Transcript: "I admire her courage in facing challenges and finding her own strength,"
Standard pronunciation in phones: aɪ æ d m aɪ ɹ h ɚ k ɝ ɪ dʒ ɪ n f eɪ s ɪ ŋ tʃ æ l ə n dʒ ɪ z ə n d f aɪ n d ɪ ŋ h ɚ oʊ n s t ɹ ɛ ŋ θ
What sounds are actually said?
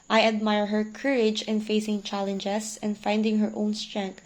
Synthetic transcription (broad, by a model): aɪ æ d m aɪ ɹ h ɚ k ɝ ɪ dʒ ɪ n f eɪ s ɪ ŋ tʃ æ l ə n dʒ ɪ s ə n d f aɪ n d ɪ ŋ h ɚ oʊ n s t ɹ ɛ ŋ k